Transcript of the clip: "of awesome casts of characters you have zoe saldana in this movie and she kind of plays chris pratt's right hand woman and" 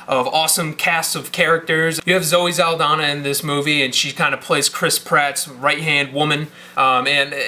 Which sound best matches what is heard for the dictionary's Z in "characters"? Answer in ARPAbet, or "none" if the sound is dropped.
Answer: Z